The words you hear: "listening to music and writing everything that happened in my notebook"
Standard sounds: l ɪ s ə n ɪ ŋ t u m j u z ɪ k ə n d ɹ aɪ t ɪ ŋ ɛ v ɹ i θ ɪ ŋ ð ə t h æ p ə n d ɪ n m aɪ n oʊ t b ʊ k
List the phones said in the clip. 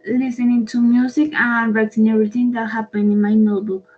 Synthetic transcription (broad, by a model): l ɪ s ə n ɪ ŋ t u m j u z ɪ k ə n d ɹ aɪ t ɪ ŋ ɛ ɹ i t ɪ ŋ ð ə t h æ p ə n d ɪ n m aɪ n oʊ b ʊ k